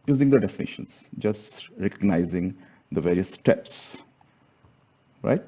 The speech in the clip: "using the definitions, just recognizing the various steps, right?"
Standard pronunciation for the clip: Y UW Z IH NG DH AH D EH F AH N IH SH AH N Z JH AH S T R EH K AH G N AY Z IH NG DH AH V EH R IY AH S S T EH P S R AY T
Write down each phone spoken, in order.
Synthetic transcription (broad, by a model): Y UW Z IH NG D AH D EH F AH N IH SH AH N S JH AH S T R EH K AH G N AY Z IH NG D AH V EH R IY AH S S T EH P S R AY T